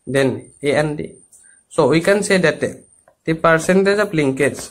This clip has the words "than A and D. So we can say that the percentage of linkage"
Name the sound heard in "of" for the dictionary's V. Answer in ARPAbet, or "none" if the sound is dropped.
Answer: P